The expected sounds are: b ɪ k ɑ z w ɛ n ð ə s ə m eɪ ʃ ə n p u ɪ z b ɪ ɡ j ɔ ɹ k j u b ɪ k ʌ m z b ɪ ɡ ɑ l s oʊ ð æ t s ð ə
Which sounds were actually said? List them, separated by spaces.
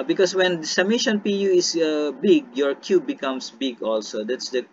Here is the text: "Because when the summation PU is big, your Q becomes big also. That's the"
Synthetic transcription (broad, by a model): b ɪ k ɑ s w ɛ n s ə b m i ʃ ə n p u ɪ s b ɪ ɡ j ɔ ɹ k j u b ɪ k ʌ m s b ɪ ɡ ɑ l s oʊ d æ t s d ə